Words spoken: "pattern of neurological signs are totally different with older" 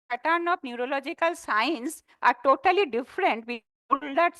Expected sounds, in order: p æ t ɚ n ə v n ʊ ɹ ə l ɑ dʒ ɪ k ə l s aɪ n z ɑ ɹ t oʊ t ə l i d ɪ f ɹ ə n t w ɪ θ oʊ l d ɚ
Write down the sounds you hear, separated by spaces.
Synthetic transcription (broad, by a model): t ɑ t n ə b n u ɹ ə l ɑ dʒ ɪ k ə l s aɪ n s ɑ ɹ t oʊ t ə l i d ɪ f ɹ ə n t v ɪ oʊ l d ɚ